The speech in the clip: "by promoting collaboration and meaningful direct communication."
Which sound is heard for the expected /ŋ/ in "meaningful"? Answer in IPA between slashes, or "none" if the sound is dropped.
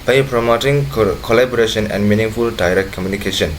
/ŋ/